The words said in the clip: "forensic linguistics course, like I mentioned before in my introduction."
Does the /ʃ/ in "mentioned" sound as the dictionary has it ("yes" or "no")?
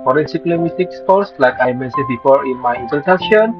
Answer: no